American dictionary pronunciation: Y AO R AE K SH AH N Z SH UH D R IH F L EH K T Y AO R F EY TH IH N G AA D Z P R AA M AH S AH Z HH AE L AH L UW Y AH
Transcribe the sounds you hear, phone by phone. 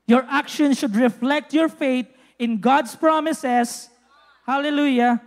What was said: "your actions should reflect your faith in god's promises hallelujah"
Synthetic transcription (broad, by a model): Y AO R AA K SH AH N SH UH D R IH F L EH K T Y AO R F EY T IH N G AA D S P R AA M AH S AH S HH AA L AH L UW Y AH